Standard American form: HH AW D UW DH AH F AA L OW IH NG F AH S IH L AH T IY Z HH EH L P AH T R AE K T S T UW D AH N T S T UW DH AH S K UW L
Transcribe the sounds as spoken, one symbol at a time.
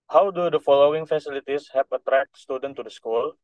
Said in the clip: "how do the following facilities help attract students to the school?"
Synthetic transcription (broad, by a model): HH AW D UW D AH F AA L OW IH NG F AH S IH L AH T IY S HH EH P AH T R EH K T S T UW D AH N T T UW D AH S K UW L